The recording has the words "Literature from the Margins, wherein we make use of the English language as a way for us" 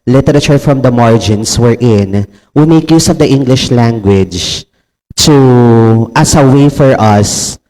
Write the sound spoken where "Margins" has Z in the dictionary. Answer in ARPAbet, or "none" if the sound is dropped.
S